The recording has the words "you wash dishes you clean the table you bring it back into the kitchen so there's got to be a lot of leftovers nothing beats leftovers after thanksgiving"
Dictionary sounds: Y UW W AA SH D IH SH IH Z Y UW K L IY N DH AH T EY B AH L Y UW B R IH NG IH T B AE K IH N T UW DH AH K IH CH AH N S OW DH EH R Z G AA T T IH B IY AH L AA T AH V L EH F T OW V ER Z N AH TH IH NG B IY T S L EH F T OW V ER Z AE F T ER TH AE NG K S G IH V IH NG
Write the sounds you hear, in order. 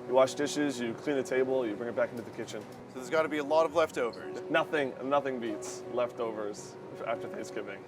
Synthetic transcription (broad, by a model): Y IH W AA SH D IH SH IH Z Y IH K L IY N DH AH T EY B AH L Y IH B R IH NG IH T B AE K IH N T UW DH AH K IH CH AH N S OW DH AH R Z G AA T T IH B IY AH L AA T AH V L EH F T OW V ER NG N AH TH IH NG B IY T S L EH F T OW V ER Z AE F T ER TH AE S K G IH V IH NG